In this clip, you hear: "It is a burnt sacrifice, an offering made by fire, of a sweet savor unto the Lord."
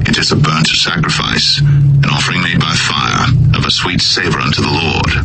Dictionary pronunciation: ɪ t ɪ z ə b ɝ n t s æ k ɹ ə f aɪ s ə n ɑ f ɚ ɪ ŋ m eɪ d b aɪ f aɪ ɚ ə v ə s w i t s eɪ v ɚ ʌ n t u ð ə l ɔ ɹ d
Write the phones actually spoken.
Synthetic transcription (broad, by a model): ɪ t ɪ z ə b ɝ n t s æ k ɹ ə f aɪ s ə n ɑ f ɚ ɪ ŋ m eɪ d b aɪ f aɪ ɚ ə v ə s w i t s eɪ v ɚ ʌ n t u ð ə l ɔ ɹ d